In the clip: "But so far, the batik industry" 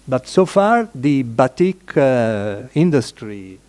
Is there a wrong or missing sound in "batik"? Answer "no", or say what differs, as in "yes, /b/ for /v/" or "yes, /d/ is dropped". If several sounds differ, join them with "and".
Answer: no